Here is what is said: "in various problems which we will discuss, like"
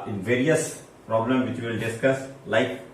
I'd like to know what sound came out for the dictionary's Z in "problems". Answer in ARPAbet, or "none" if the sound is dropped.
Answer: none